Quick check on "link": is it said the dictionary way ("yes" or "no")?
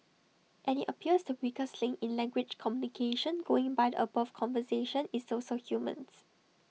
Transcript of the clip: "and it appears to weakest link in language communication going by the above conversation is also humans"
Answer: no